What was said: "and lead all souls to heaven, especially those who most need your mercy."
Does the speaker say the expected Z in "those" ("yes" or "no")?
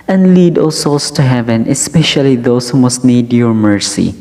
no